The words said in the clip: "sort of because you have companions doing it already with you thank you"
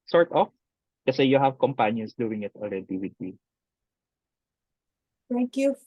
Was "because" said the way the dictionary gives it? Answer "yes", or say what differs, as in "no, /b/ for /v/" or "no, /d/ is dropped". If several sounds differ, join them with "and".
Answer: no, /z/ is dropped